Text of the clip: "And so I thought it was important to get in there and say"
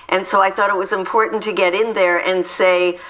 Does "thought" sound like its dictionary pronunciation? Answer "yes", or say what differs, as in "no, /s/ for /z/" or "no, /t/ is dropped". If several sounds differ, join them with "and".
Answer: yes